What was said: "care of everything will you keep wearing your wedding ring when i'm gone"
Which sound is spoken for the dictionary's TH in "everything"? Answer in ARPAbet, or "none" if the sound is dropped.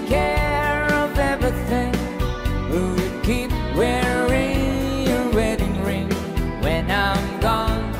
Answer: TH